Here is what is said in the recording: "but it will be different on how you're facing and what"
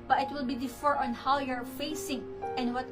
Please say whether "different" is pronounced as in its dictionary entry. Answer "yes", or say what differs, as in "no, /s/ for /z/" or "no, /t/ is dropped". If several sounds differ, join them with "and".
no, /ɹ/ is dropped